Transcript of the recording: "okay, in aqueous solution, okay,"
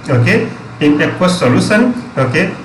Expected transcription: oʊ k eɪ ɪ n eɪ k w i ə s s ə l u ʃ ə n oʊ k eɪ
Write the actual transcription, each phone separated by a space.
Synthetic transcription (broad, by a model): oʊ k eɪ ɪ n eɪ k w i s s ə l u s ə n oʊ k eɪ